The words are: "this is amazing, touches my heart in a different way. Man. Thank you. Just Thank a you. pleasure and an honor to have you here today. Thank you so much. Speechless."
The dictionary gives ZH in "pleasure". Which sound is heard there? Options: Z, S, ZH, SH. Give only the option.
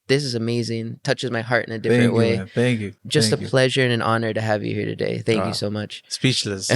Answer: ZH